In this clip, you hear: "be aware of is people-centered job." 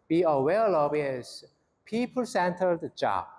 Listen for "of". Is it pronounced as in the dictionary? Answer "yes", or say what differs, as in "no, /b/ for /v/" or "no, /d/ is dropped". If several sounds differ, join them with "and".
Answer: no, /b/ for /v/